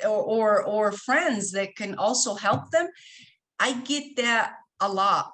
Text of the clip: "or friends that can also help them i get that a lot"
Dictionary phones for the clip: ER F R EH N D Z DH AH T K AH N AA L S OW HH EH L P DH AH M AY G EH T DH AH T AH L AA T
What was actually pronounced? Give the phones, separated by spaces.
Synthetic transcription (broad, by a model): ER F R EH N D Z DH AH T K AH N AA L S OW HH EH L P DH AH M AY G EH T DH AH T AH L AA T